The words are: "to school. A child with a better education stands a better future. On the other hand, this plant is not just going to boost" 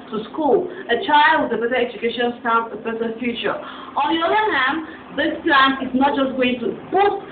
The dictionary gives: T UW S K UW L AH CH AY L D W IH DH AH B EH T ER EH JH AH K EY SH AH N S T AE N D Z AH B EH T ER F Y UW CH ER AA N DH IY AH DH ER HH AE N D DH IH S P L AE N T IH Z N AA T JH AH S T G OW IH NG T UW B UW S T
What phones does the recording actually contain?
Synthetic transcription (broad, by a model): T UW S K UW L AH CH AY L D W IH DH AH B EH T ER EH JH AH K EY SH AH N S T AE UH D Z AH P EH S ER F Y UW CH ER AA N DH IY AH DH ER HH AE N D DH IH S P L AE N IH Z N AA T JH AH S T G OW IH NG T UW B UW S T